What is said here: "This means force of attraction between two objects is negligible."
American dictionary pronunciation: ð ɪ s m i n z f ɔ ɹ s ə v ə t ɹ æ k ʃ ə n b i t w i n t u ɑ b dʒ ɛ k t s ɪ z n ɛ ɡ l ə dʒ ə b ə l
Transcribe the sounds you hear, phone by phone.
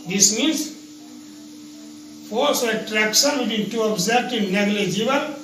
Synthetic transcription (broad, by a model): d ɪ s m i n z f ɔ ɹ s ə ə t ɹ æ k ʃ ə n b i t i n t u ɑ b z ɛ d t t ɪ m n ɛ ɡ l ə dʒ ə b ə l